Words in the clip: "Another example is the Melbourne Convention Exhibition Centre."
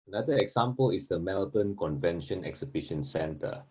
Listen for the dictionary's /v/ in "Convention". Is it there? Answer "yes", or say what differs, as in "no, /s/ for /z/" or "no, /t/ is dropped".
yes